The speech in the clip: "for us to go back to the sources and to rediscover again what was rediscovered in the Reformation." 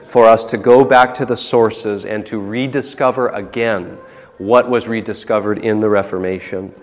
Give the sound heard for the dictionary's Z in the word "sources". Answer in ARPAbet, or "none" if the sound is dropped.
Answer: Z